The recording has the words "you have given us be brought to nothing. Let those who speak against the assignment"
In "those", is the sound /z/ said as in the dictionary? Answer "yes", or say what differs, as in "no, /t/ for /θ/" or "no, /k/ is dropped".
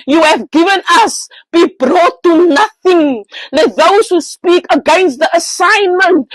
no, /s/ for /z/